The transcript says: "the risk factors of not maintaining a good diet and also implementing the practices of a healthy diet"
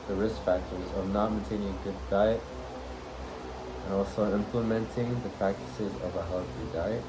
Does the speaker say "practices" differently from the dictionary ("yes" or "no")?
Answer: no